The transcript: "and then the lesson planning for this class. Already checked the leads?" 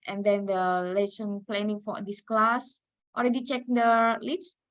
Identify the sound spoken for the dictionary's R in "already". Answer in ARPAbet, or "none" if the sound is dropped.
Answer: L